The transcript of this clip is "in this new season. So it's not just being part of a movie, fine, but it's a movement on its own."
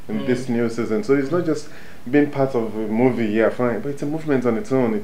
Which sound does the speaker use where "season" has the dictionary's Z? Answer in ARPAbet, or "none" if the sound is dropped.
Z